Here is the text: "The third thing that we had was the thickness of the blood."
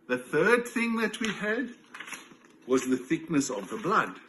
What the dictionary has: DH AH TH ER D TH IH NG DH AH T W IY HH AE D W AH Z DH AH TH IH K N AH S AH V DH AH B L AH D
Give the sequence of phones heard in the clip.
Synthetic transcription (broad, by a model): DH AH TH ER D TH IH NG DH AH T W IY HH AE D W AH Z DH AH TH IH K N AH S AH V DH AH B L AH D